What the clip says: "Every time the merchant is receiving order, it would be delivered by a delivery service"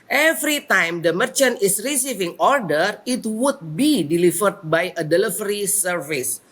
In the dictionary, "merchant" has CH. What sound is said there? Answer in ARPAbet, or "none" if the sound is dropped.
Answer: CH